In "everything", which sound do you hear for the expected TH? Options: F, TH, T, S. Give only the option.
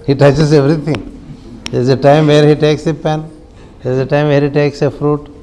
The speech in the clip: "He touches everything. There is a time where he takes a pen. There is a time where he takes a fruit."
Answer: T